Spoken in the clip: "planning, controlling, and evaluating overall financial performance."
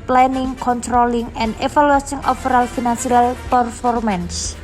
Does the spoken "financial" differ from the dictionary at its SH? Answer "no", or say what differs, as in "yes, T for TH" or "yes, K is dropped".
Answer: yes, S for SH